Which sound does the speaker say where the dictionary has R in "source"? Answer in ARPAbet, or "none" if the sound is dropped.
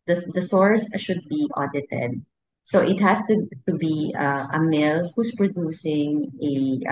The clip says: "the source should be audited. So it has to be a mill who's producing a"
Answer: R